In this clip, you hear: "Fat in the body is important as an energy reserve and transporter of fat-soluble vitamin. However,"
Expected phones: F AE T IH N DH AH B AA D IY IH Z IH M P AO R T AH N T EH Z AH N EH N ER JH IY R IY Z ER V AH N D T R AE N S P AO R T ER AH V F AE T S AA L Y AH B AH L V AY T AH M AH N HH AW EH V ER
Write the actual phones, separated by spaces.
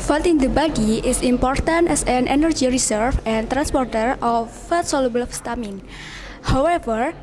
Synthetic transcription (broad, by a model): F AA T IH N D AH B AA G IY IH S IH M P AO R T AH N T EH S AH N EH N ER JH IY R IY S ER F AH N T R AE N S P AO R T ER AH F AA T S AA L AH B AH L F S T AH M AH N HH AW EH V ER